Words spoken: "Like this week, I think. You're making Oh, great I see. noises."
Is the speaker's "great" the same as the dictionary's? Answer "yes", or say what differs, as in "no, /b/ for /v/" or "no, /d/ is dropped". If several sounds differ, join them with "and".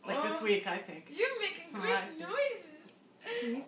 no, /t/ is dropped